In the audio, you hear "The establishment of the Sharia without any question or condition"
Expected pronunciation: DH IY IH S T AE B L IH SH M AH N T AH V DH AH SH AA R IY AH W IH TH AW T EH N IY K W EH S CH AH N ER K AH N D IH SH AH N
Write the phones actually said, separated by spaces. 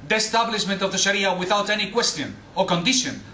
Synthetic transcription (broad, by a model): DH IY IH S T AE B L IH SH M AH N T AH V DH AH SH AA R IY AH W IH TH AW T EH N IY K W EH S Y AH N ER K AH N D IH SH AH N